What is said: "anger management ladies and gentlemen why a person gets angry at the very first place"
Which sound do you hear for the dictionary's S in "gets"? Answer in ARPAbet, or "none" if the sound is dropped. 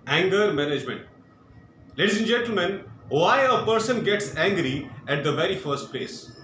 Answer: S